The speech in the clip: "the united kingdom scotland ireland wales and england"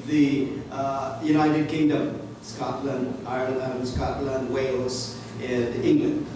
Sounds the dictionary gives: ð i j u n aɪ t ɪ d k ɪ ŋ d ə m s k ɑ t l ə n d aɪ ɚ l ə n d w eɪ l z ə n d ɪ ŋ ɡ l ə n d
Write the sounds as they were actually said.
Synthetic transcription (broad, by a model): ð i j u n aɪ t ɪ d k ɪ ŋ d ə m s k ɑ t l ə n d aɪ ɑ l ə n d w eɪ l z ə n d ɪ ŋ ɡ l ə n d